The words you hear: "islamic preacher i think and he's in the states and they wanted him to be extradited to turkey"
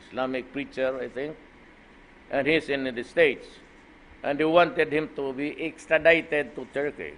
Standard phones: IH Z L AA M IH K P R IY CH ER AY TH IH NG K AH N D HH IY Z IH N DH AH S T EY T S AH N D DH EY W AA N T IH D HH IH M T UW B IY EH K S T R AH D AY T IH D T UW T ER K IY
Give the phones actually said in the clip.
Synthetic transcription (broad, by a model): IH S L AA M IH K P R IY CH ER AY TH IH NG K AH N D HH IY S IH N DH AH S T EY T S AH N D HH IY W AA N T IH D HH IH M T UW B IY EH K S T R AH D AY T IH D T UW T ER K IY